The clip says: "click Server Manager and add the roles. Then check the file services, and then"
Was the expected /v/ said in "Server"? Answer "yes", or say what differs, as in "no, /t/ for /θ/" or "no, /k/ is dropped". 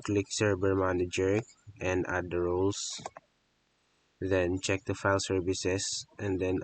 no, /b/ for /v/